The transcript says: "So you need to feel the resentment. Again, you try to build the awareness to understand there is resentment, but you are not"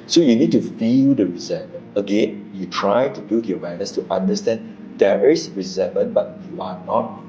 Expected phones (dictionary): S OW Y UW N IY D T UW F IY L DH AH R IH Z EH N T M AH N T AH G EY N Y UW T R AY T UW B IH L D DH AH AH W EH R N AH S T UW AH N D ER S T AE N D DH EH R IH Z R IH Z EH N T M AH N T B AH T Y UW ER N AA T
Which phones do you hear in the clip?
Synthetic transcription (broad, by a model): S OW Y UW N IY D T UW F IY L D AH R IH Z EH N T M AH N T AH G EY N Y UW T R AY T UW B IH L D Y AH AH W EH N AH S T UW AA N D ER S T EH N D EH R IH S R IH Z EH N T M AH N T B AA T Y UW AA N AA T